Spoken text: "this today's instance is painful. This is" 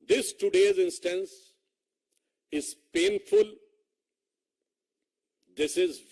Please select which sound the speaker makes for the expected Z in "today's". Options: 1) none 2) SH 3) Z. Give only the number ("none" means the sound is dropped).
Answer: 3